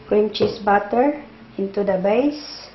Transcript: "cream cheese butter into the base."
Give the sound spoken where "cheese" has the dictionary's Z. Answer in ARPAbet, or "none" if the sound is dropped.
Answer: S